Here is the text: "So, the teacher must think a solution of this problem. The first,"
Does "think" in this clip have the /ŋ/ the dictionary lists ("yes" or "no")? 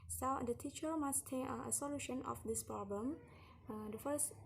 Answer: no